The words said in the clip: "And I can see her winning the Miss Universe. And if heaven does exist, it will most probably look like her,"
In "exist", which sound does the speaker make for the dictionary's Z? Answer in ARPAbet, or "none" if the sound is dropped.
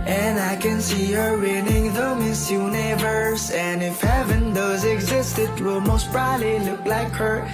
Z